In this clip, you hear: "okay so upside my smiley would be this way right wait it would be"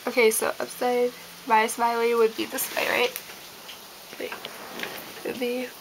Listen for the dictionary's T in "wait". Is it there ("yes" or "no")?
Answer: no